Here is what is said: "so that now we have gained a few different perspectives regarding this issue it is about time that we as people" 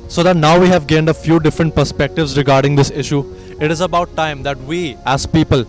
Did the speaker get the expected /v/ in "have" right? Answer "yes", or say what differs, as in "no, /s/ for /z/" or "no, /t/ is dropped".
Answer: yes